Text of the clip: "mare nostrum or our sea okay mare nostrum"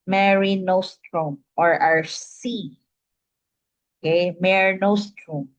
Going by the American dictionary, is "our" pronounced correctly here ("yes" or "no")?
yes